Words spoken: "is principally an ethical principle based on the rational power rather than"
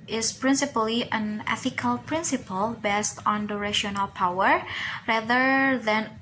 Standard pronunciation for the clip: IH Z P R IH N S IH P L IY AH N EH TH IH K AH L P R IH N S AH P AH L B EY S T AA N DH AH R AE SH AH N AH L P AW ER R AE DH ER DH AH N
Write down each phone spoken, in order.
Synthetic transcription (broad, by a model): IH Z P R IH N S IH P L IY AH N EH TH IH K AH L P R IH N S AH P AH L B EY S T AA N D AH R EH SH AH N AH L P AW ER R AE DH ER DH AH N